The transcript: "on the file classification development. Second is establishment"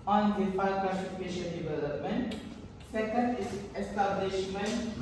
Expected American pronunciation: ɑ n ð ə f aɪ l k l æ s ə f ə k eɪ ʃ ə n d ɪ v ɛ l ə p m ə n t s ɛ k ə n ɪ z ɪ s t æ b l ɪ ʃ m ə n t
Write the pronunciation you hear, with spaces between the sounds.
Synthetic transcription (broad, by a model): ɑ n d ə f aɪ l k ʌ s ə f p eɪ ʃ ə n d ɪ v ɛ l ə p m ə n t s ɛ k ə n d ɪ s t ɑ b l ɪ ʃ m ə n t